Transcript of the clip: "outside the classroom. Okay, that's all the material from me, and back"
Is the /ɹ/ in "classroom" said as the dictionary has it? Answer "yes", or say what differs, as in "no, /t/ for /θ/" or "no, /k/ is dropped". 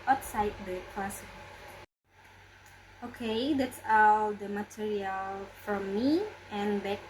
no, /ɹ/ is dropped